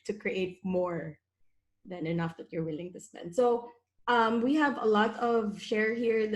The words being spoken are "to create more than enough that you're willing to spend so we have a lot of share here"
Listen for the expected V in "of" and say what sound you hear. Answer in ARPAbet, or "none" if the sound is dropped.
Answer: V